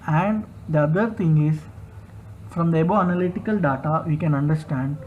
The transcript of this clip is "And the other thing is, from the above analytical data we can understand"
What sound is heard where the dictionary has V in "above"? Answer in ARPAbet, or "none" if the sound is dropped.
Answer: none